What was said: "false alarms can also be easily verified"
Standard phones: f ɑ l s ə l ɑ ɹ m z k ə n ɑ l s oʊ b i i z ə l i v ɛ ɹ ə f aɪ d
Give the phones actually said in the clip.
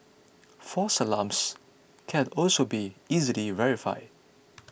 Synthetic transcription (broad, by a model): f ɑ s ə l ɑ m s k ə n ɑ l s oʊ b i i z ə l i v ɛ ɹ ə f aɪ d